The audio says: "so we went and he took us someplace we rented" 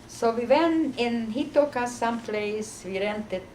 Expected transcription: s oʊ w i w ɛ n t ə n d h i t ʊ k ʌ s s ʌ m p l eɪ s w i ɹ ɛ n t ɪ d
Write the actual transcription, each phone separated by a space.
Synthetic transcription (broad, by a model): s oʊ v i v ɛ n ə n h i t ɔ k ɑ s s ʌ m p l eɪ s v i ɹ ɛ n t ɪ